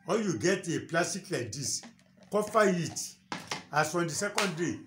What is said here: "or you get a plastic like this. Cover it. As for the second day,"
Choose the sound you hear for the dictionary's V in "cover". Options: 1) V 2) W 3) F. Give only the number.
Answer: 3